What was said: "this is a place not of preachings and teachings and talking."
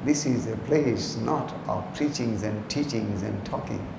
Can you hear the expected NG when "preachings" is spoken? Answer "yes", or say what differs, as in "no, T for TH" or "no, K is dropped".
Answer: yes